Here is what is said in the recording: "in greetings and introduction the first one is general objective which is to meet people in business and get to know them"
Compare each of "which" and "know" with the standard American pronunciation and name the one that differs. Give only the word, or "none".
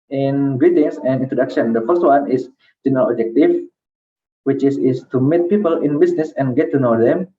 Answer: which